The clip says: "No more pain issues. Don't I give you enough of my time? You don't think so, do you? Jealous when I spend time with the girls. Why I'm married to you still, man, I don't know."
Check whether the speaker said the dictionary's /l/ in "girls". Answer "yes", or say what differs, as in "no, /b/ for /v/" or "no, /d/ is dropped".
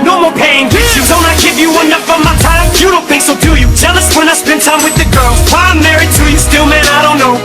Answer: yes